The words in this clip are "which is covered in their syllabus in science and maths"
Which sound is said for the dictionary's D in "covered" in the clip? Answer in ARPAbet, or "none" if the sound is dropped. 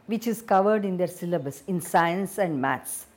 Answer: D